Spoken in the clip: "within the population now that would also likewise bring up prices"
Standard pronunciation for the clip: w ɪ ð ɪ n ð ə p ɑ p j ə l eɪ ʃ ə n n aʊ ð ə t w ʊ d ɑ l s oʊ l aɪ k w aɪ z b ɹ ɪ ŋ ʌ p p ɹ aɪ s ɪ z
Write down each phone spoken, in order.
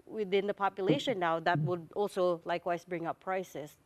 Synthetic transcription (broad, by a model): w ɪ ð ɪ n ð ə p ɑ p j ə l eɪ ʃ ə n n aʊ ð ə t w ʊ d ɑ l s oʊ l aɪ k w aɪ s b ɹ ɪ ŋ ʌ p p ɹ aɪ s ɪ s